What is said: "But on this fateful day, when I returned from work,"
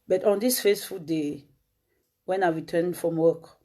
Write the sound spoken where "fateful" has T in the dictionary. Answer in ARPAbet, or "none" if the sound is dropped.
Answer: S